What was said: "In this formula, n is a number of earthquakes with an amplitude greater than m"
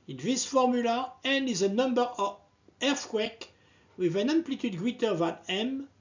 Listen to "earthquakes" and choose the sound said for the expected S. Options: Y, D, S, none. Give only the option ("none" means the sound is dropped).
none